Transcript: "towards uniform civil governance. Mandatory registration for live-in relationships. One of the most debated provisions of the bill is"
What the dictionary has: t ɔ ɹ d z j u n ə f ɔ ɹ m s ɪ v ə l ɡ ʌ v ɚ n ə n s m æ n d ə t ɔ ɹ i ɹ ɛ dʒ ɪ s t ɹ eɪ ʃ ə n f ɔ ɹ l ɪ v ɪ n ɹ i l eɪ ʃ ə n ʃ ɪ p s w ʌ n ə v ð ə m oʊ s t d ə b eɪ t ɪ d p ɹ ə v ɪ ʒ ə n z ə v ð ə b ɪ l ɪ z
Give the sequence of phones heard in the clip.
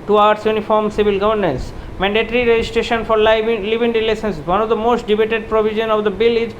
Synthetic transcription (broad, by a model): t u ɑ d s j u n ə f ɔ ɹ m s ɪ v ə l ɡ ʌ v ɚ n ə n s m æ n d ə t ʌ ɹ i ɹ ɛ dʒ ɪ s t ɹ eɪ ʃ ə n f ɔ ɹ l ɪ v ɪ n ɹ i l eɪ s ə n s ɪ s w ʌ n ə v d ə m oʊ s t d ə b eɪ t ɪ d p ɹ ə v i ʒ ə n ə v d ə b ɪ l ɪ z